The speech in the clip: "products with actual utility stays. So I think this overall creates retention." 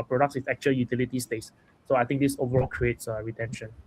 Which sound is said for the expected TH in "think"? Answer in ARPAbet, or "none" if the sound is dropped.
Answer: T